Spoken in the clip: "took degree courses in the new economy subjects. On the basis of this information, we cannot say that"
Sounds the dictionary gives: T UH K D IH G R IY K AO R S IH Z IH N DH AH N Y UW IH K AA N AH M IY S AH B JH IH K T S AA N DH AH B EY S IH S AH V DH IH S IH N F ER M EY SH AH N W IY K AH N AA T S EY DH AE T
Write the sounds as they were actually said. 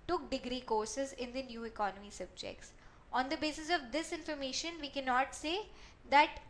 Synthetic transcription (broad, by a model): T UH K D IH G R IY K AO R S IH Z IH N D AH N Y UW IH K AA N AH M IY S AH B JH IH K T S AA N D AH B EY S IH S AH V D IH S IH N F ER M EY SH AH N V IY K AH N AA T S EY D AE T